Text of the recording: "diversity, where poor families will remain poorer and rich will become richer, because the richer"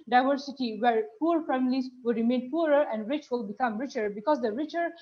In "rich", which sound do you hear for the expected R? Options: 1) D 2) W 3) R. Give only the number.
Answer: 3